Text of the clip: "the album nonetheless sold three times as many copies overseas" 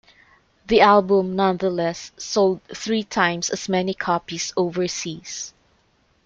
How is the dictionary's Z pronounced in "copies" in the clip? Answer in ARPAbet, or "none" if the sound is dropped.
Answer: S